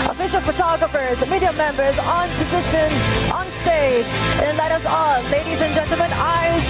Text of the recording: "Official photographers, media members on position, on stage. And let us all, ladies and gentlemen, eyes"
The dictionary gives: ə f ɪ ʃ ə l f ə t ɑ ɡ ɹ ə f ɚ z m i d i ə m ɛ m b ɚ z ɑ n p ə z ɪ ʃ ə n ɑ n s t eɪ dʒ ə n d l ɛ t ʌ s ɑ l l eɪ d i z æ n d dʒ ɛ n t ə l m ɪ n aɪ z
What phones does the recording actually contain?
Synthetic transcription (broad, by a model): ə f ɪ ʃ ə l f ə t ɑ ɡ ɹ ə f ɚ z m i d i ə m ɛ m b ɚ z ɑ n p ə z ɪ ʃ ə n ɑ n s t eɪ dʒ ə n l ɛ t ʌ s ɑ l l eɪ d i z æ n dʒ ɛ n t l m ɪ n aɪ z